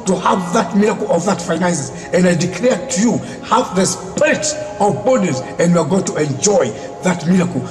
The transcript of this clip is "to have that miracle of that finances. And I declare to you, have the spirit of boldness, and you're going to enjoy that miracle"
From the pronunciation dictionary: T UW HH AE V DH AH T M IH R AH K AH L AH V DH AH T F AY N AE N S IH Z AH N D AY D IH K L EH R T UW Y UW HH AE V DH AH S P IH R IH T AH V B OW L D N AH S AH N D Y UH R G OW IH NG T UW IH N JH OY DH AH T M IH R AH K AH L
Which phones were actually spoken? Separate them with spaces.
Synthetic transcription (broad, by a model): T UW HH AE V DH AH T M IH R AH K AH L AH V DH AH T F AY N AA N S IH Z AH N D AY D IH K L EH R T UW Y UW HH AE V DH AH S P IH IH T AH V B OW D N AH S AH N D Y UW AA G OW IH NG T UW IH N JH OY DH AH T M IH R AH K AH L